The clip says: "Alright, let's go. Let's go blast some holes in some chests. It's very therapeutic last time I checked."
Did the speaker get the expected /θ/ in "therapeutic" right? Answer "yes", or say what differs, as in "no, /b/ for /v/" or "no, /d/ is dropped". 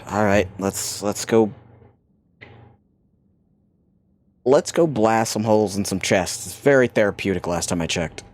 yes